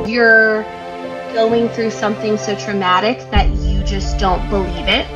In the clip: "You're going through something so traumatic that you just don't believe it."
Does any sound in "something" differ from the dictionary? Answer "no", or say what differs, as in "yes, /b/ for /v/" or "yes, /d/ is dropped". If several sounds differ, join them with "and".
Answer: no